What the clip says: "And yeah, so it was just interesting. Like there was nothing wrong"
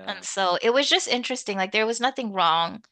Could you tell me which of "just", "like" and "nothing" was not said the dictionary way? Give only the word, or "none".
none